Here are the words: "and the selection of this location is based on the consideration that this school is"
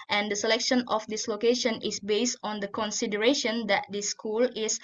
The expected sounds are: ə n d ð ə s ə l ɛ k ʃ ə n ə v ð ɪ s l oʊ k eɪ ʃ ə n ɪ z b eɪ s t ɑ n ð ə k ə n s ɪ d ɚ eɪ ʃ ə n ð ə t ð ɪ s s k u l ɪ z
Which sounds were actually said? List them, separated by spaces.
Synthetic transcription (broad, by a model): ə n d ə s ə l ɛ k ʃ ə n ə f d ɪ s l oʊ k eɪ ʃ ə n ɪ s b eɪ s t ɑ n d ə k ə n s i d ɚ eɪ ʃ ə n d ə t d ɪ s s k u l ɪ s